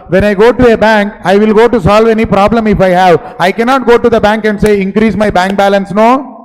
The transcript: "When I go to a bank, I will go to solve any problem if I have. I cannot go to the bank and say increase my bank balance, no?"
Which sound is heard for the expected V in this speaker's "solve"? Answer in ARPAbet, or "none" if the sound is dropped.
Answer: V